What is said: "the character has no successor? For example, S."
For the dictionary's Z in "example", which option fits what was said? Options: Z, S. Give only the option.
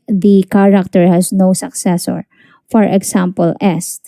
S